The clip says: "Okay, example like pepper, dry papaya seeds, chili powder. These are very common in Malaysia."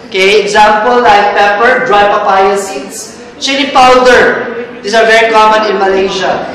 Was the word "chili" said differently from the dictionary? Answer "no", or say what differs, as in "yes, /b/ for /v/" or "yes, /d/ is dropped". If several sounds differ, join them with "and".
yes, /n/ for /l/